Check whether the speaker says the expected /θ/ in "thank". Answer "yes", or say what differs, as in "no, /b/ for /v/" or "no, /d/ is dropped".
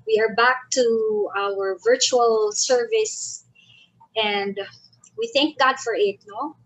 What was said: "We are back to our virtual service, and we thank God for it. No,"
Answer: yes